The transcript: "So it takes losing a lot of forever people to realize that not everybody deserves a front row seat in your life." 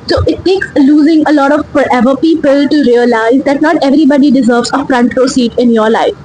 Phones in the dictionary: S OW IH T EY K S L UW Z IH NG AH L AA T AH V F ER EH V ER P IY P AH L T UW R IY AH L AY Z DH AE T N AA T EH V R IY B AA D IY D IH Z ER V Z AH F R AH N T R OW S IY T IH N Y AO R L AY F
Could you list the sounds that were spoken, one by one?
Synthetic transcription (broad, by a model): S OW IH T EY K S L UW Z IH NG AH L AA T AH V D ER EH V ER P IY P AH L T UW R IY AH L AY Z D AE T N AA T EH V R IY B AA D IY D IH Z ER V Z AH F R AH N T R OW S IY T IH N Y AO R L AY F